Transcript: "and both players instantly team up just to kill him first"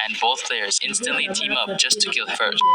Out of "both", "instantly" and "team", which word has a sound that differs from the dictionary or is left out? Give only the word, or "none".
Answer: none